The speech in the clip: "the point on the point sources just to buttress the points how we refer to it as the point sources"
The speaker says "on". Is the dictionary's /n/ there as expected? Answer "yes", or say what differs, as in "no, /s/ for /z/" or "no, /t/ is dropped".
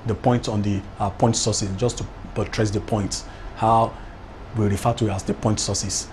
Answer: yes